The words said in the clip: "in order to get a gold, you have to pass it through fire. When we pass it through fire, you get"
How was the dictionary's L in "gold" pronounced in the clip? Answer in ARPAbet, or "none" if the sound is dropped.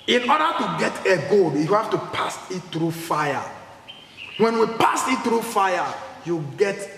none